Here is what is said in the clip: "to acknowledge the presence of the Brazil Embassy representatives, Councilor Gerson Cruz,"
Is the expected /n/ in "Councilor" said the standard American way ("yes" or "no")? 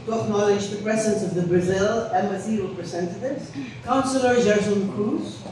yes